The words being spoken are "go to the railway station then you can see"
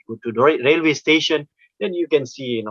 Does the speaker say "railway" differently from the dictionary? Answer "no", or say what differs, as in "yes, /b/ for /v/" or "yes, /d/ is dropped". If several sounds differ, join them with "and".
no